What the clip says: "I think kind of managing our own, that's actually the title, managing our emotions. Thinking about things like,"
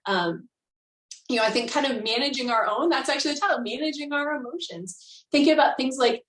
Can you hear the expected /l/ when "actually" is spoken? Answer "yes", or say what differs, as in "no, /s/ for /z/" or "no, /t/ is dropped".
no, /l/ is dropped